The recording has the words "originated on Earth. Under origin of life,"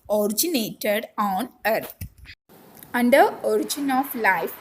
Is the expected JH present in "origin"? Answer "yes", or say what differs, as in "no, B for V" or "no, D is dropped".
yes